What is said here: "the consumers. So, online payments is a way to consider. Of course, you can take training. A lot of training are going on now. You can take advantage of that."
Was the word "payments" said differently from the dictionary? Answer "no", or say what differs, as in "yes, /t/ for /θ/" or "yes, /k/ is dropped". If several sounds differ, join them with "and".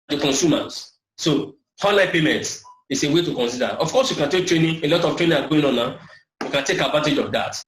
yes, /s/ is dropped